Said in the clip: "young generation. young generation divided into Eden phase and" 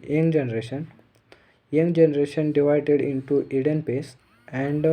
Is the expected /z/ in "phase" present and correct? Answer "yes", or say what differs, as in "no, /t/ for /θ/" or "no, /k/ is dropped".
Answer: no, /s/ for /z/